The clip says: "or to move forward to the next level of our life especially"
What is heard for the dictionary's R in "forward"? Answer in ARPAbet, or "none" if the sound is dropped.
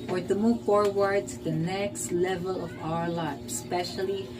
R